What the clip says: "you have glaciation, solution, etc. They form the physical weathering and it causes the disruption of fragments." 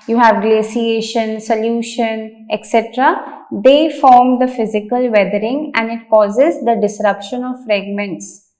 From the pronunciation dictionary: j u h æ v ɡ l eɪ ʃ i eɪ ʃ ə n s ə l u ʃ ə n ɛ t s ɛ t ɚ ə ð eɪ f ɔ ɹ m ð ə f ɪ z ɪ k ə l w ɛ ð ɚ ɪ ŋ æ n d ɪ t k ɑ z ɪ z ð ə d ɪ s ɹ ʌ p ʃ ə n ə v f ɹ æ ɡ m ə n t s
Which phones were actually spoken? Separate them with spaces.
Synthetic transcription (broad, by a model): j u h æ v ɡ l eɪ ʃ i eɪ ʃ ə n s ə l u ʃ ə n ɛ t s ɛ t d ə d eɪ f ɔ ɹ m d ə f ɪ z ɪ k ə l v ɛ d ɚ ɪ ŋ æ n d ɪ t k ɑ z ɪ z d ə d ɪ s ɹ ʌ p ʃ ə n ə v f ɹ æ ɡ m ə n t s